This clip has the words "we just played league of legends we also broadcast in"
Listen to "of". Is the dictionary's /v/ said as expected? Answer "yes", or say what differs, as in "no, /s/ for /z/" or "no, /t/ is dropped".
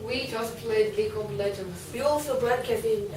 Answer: no, /p/ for /v/